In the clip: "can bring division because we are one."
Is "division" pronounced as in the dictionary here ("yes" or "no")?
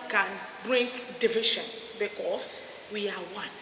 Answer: no